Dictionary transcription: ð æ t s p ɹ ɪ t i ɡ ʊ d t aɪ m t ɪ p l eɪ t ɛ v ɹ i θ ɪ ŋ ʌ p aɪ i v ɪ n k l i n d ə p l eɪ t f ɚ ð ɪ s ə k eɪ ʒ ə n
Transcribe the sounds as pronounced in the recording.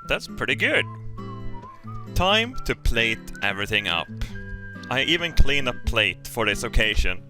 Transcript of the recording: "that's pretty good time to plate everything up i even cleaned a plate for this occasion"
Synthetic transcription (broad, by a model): ð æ t s p ɹ ɪ t i ɡ ʊ d t aɪ m t ɪ p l eɪ t ɛ v ɹ i θ ɪ ŋ ʌ p aɪ i v ɪ n k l i n ə p l eɪ t f ɚ ð ɪ s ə k eɪ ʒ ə n